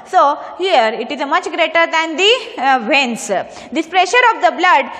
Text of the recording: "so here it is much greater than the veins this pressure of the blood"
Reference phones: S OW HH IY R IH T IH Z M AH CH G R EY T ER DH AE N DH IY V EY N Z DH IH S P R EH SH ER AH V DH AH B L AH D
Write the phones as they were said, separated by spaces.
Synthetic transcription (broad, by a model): S OW HH IY R IH T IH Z M AH CH G R EY T ER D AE N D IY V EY N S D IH S P R EH SH ER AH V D AH B L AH D